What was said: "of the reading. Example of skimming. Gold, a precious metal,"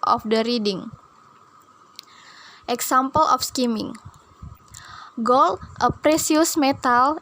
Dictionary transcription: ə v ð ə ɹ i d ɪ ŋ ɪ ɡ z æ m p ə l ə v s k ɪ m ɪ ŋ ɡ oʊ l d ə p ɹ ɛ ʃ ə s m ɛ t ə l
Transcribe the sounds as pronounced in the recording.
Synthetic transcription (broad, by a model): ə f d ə ɹ i d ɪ ŋ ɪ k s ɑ m p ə l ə f s k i m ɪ ŋ ɡ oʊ l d ə p ɹ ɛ s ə s m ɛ t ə l